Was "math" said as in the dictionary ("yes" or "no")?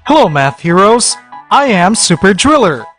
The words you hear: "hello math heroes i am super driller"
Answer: yes